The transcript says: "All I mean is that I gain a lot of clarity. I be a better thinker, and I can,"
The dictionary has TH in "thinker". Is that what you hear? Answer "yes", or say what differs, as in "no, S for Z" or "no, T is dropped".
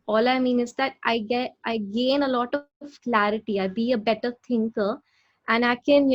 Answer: no, T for TH